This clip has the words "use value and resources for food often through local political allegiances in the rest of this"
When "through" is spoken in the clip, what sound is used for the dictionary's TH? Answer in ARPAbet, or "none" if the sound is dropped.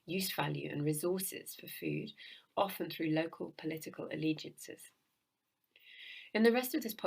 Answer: TH